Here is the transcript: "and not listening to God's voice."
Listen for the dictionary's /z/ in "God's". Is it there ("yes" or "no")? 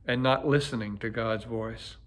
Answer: yes